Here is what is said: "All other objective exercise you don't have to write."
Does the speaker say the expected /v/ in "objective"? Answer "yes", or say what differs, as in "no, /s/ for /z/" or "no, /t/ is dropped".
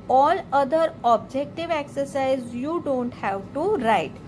yes